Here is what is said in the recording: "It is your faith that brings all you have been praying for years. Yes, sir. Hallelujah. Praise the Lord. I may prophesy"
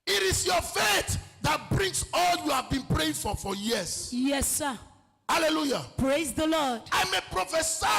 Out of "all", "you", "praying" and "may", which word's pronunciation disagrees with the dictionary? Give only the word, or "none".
none